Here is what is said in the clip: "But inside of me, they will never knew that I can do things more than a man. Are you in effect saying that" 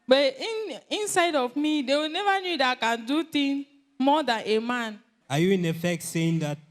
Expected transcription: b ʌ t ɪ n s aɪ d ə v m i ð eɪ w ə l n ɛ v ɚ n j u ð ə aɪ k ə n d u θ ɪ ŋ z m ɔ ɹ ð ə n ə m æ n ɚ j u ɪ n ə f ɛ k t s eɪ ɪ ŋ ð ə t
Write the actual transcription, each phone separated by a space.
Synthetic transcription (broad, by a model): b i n ɪ n s aɪ d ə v m i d eɪ w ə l n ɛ v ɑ n j u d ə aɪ k ə n d u t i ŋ m ɔ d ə n ə m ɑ n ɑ j u ɪ n ə f ɛ k t s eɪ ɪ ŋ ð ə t